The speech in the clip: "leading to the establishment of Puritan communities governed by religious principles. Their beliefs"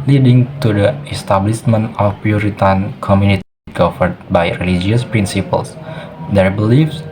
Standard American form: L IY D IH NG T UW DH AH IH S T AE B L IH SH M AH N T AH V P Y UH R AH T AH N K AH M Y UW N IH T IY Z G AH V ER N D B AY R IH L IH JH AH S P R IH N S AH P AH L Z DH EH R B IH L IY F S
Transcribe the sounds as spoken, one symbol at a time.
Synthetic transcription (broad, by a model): L IY D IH NG T UW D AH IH S T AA B L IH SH M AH N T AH F P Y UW R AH T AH N K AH M Y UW N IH T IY G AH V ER D B AY R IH L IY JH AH S P R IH N S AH P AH L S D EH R B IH L IY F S